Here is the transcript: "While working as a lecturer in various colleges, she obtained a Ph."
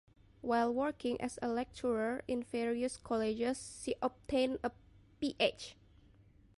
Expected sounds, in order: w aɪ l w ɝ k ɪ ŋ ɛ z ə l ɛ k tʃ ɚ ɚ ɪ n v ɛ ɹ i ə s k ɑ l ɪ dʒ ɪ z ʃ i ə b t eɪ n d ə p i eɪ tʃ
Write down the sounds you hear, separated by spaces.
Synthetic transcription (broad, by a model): w aɪ l w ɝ k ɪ ŋ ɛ s ə l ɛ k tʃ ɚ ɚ ɪ n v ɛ ɹ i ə s k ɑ l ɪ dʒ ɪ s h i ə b t eɪ n ə p i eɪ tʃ